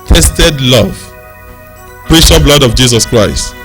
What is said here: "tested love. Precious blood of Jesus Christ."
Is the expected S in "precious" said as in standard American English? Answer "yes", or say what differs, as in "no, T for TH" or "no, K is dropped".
no, S is dropped